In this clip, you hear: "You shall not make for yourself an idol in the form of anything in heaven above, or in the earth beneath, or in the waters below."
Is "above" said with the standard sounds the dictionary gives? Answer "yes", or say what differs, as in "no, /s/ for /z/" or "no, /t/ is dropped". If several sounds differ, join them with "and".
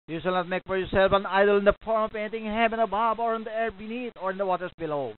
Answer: no, /b/ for /v/